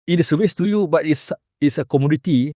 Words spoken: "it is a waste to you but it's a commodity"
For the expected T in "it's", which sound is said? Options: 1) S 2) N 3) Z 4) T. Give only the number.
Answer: 1